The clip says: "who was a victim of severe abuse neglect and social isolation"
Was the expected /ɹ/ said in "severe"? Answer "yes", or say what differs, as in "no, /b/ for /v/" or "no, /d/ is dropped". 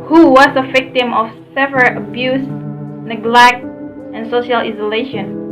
no, /l/ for /ɹ/